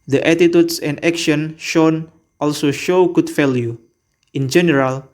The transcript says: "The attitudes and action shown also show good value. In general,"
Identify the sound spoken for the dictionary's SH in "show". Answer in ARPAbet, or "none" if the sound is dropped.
SH